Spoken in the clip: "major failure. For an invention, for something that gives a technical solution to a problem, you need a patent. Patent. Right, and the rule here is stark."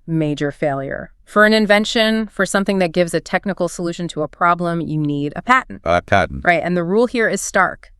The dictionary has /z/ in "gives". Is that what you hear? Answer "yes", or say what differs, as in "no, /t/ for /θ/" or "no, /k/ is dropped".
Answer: yes